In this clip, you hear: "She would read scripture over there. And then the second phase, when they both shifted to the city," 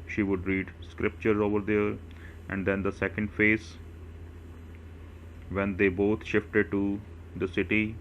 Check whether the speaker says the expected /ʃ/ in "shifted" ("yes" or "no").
yes